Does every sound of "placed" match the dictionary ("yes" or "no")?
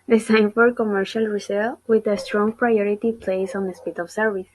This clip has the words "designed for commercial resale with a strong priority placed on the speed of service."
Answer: no